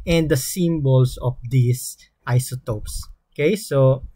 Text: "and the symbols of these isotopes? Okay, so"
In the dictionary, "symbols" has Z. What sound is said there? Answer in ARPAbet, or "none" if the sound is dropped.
S